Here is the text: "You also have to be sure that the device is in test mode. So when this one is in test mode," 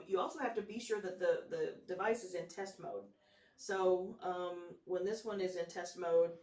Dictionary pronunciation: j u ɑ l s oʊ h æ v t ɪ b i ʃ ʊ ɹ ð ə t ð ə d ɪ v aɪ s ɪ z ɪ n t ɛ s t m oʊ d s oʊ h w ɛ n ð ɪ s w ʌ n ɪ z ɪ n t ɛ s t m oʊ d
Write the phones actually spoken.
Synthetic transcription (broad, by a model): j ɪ ɑ l s oʊ h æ f t ɪ b i ʃ ʊ ɹ ð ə t ð ə d ɪ v aɪ s ɪ z ɪ n t ɛ s t m oʊ d s oʊ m w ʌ n ð ɪ s w ʌ n ɪ z ɪ n t ɛ s t m oʊ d